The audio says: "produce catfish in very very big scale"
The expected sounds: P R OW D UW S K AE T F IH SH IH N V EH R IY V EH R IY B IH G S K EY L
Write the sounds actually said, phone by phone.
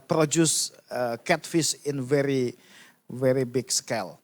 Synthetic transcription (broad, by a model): P R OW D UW S K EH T F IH S IH N V EH R IY V EH R IY B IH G S K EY L